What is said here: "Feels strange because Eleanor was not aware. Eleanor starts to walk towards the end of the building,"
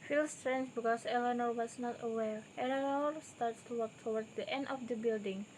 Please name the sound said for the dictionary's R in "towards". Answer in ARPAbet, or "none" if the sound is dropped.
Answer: W